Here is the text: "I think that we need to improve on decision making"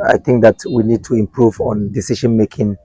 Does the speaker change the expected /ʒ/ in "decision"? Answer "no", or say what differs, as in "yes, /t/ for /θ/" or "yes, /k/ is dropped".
yes, /ʃ/ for /ʒ/